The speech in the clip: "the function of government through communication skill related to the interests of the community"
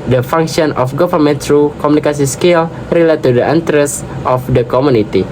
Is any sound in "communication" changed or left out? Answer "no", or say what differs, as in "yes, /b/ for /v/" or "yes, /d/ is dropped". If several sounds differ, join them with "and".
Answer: yes, /s/ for /ʃ/